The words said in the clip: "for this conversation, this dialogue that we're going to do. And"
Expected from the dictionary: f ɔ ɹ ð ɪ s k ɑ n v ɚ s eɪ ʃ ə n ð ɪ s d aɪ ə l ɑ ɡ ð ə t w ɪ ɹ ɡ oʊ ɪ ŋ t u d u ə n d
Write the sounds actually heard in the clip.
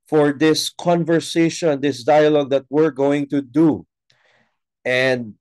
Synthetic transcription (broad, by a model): f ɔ ɹ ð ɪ s k ɑ n v ɚ s eɪ ʃ ə n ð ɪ s d aɪ ə l ɑ ɡ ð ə t w ɪ ɹ ɡ oʊ ɪ ŋ t u d u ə n d